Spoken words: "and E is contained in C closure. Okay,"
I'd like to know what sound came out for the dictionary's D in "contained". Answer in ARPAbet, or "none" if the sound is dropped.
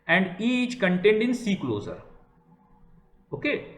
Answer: D